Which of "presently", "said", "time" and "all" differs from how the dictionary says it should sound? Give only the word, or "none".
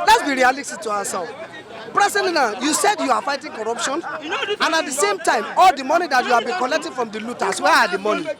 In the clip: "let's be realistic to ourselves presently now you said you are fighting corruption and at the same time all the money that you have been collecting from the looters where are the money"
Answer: presently